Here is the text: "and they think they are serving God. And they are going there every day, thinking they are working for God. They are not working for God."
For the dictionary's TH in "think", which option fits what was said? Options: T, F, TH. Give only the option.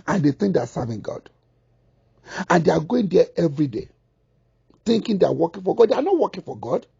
T